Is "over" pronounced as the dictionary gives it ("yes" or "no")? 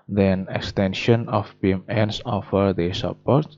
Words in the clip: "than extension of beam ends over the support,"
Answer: no